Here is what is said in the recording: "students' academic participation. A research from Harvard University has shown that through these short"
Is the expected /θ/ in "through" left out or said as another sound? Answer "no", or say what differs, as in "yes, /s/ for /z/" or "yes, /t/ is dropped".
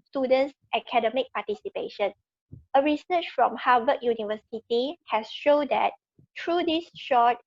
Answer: yes, /t/ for /θ/